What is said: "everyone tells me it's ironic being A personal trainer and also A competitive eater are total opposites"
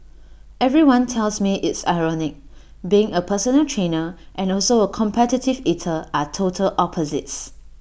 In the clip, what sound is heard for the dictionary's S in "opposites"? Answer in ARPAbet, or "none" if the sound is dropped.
S